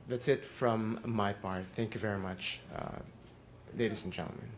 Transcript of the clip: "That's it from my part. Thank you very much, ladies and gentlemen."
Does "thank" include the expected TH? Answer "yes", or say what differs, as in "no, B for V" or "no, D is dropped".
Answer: yes